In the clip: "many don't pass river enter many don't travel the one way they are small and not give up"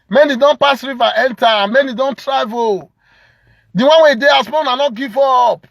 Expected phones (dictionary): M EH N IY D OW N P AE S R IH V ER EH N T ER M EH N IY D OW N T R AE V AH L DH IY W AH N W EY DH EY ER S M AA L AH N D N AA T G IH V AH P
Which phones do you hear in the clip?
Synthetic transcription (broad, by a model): M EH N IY D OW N P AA S R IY V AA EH N T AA M EH N IY D OW N T R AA V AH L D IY W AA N W EY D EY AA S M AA N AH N N AA T G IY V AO P